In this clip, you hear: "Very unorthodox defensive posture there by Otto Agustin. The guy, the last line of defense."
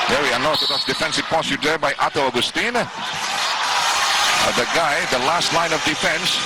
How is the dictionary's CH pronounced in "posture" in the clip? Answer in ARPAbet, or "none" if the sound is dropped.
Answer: none